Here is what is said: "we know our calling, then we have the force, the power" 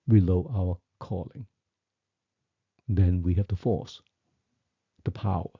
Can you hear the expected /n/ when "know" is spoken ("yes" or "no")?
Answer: no